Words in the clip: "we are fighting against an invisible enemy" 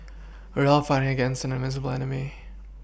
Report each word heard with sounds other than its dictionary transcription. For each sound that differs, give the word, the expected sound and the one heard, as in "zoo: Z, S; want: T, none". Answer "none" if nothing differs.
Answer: are: R, L; invisible: N, none